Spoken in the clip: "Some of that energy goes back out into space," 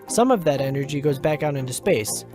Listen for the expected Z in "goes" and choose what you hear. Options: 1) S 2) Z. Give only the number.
2